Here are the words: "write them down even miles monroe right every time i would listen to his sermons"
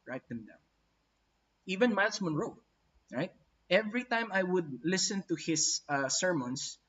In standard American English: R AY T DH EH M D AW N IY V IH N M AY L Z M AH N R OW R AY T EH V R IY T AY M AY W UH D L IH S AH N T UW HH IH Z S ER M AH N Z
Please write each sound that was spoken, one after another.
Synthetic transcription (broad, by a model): R AY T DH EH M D AW IY V IH N M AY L S M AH N R OW R AY T EH V R IY T AY M AY W UH D L IH S AH N T UW HH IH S S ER M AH N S